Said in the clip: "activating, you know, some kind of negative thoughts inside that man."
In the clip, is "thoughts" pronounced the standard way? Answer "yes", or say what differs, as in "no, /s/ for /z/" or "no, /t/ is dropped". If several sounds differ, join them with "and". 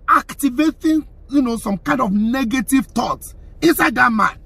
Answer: no, /t/ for /θ/ and /s/ is dropped